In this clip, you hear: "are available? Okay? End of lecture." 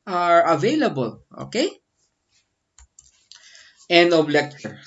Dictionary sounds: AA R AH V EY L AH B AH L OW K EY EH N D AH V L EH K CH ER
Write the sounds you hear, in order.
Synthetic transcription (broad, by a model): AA R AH V EY L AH B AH L OW K EY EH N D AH B L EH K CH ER